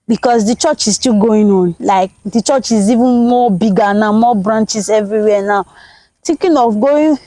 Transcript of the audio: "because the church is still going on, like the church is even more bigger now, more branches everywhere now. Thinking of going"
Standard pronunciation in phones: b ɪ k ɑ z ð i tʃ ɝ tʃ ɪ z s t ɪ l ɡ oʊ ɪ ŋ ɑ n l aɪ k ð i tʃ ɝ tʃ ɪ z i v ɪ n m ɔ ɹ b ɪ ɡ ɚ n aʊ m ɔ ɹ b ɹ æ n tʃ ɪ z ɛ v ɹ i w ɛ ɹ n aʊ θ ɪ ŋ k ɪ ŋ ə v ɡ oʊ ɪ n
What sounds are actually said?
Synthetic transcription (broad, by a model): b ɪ k ɑ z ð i tʃ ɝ tʃ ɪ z s t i l ɡ oʊ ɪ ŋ ɑ n l aɪ k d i tʃ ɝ tʃ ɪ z i v ɪ n m ɔ b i ɡ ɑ n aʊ m ɔ b ɹ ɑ n tʃ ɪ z ɛ v ɹ i w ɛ n aʊ t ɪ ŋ k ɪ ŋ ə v ɡ oʊ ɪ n